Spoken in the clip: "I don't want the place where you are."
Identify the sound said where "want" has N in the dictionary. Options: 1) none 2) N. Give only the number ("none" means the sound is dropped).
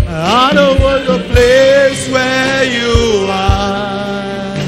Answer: 1